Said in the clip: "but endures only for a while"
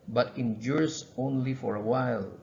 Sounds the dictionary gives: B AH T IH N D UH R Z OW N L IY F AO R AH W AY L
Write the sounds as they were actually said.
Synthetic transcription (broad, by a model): B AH T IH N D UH R S OW N L IY F AO R AH W AY L